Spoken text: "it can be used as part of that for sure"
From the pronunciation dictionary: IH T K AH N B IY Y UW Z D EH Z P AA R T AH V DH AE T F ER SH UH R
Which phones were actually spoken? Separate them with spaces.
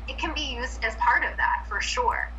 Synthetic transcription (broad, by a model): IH T K AH N B IY Y UW Z D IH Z P AA R T AH V DH AE T F ER SH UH R